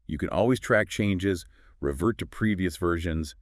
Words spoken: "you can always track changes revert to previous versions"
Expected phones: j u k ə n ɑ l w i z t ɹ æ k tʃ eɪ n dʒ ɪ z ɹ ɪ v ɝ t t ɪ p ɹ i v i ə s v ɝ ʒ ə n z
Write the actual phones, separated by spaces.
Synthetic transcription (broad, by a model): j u k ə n ɑ l w i z t ɹ æ k tʃ eɪ n dʒ ɪ z ɹ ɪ v ɝ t t ɪ p ɹ i v i ə s v ɝ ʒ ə n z